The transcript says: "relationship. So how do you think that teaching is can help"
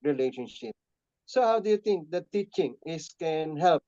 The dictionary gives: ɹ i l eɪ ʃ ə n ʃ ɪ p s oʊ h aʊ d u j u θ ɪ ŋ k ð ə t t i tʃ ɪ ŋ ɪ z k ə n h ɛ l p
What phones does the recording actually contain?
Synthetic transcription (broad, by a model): ɹ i l eɪ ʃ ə n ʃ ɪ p s oʊ h aʊ d u j u t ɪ ŋ k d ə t t i tʃ ɪ ŋ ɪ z k ə n h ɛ l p